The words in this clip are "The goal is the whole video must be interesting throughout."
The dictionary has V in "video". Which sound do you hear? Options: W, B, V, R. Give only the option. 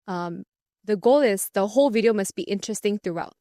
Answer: V